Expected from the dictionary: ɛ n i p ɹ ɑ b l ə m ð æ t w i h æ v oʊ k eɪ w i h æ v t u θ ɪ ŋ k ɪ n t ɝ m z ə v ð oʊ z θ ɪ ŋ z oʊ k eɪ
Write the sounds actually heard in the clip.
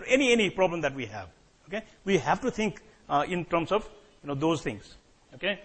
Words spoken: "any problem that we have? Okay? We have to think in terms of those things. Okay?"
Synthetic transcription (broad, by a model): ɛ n i p ɹ ɑ b l ə m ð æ t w i h æ v oʊ k eɪ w i h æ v t u t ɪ ŋ k ɪ n t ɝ m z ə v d oʊ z t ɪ ŋ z oʊ k eɪ